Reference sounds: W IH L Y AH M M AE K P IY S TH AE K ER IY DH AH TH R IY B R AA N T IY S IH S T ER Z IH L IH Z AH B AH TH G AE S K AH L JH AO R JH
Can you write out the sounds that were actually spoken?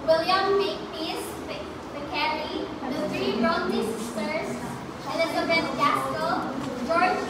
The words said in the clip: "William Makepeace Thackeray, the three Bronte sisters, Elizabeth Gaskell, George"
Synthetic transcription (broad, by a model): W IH L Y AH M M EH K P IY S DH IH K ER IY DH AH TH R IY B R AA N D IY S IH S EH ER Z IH N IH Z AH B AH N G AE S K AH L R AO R